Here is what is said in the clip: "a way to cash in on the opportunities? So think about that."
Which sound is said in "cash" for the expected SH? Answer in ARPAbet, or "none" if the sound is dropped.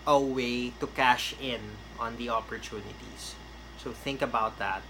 SH